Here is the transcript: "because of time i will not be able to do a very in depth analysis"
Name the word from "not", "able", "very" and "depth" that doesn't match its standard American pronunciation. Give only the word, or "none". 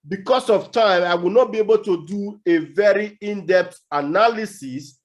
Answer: depth